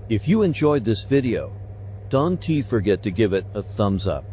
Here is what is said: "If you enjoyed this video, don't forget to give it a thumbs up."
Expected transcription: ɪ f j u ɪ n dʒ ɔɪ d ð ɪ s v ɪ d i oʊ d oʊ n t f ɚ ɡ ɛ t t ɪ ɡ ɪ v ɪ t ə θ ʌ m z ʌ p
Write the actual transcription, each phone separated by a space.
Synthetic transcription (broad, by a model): ɪ f j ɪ ɪ n dʒ ɔɪ d ð ɪ s v ɪ d i oʊ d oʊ n t f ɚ ɡ ɛ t t ɪ ɡ ɪ v ɪ t ə θ ʌ m z ʌ p